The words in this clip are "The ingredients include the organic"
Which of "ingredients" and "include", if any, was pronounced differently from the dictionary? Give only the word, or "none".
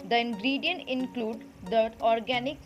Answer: ingredients